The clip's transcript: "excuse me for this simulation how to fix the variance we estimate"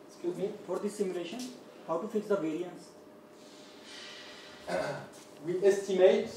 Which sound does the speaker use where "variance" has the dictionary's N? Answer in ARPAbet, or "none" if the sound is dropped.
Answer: N